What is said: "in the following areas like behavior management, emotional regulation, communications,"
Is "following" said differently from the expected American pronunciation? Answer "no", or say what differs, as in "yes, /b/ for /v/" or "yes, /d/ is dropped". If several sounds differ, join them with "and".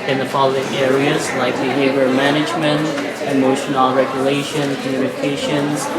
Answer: yes, /p/ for /f/